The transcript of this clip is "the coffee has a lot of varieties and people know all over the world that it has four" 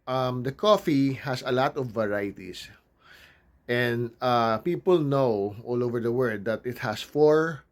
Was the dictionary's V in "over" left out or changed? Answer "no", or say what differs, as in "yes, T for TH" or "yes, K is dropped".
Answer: no